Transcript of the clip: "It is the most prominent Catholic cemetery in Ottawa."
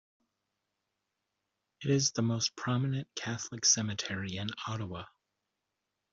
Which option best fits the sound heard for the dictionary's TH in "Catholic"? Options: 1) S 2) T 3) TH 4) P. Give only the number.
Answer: 3